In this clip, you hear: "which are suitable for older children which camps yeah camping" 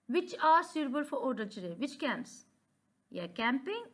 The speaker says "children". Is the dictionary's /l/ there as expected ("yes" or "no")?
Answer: no